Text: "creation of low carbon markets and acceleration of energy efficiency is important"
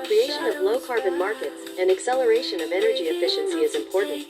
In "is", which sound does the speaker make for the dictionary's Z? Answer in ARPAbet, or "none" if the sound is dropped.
Z